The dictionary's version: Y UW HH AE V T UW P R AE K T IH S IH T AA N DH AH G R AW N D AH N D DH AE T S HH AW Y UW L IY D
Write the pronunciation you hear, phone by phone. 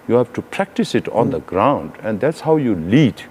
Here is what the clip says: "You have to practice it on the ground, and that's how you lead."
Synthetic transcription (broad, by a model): Y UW HH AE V T UW P R AE K T IH S IH T AA N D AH G R AW N D AH N D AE T S HH AW Y UW L IY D